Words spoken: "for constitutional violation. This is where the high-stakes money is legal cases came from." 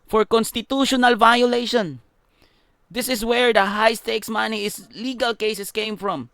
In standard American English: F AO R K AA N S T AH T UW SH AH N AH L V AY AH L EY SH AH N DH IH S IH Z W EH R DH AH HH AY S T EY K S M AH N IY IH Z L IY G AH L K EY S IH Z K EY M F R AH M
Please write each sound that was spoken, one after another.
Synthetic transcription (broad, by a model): F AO R K AA N S T AH T UW SH AH N AH L V AY AH L EY SH AH N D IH S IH S W EH R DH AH HH AY S T EY K S M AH N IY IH S L IY G AH L K EY S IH S K EY M F R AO M